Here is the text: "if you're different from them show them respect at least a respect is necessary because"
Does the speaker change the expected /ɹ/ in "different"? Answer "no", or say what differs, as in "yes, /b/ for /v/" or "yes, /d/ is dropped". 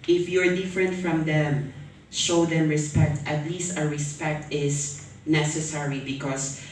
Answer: no